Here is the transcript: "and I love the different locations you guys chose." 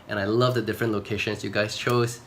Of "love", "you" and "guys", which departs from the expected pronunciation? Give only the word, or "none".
guys